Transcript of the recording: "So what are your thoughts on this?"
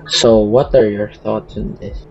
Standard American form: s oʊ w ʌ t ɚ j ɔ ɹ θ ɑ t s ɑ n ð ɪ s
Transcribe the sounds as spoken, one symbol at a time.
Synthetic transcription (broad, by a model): s oʊ w ʌ t ɚ j ɔ ɹ θ ɑ t s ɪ n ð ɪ s